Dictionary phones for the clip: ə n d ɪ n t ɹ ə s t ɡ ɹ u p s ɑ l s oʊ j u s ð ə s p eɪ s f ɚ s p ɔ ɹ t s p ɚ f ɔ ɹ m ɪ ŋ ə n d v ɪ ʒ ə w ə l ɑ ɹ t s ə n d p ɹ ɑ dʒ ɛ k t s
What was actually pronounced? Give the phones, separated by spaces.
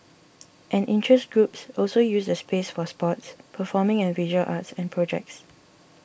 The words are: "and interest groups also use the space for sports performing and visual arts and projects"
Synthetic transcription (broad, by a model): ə n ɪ n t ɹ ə s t ɡ ɹ u p s ɑ l s oʊ j u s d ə s p eɪ s f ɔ s p ɔ t s p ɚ f ɔ m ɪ ŋ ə n v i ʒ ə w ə l ɑ t s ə n p ɹ ɑ dʒ ɛ k t s